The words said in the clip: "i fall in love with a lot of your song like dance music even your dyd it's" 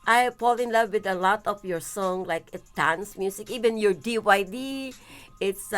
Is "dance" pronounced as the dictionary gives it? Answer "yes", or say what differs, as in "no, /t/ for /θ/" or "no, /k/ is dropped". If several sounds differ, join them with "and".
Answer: yes